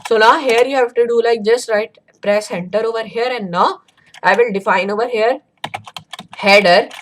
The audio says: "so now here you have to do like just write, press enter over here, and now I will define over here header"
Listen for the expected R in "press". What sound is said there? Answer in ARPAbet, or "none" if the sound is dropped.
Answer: R